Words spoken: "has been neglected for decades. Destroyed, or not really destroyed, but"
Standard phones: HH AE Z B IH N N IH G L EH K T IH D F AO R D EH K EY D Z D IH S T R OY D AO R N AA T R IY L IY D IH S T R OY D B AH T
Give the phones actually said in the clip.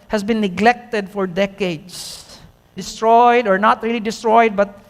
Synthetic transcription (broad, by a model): HH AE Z B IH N N IH G L EH K T IH D F AO R D EH K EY D S D IH S T R OY D AO R N AA T R IY L IY D IH S T R OY D B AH T